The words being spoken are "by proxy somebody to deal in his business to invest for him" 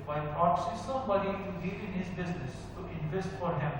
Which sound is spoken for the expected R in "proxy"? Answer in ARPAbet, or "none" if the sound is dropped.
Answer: none